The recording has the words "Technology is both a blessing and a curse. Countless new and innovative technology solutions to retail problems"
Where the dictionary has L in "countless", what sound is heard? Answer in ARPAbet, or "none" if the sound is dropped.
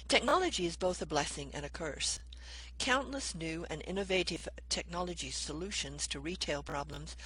L